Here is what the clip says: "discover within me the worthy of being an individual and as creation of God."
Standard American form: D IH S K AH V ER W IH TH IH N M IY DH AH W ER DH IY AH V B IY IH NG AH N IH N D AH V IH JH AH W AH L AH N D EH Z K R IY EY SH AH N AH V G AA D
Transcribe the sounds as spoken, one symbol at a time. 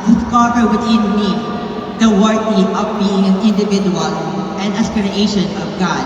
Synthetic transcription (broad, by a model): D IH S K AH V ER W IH T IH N M IY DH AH W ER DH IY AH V B IY IH NG AH N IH N D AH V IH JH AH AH L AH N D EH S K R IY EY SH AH N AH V G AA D